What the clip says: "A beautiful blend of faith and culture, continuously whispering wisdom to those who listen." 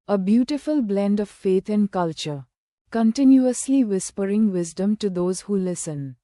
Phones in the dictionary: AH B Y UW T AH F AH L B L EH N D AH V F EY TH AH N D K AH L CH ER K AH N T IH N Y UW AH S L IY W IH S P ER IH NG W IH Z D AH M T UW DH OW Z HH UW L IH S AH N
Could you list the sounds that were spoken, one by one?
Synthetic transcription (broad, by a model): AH B Y UW T AH F AH L B L EH N D AH V F EY T AH N D K AH L CH ER K AH N T IH N Y UW AH S L IY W IH S P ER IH NG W IH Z D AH M T UW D OW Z HH UW L IH S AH N